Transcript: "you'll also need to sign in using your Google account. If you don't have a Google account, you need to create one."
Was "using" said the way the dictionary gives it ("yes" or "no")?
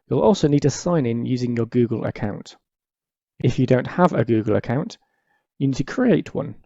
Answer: yes